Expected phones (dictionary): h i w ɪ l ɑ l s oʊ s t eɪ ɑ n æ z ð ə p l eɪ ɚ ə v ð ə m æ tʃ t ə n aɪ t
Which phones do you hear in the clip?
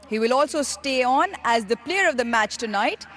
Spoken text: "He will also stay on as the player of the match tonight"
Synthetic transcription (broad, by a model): h i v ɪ l ɑ l s oʊ s t eɪ ɑ n æ z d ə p l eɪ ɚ ə v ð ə m æ tʃ t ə n aɪ t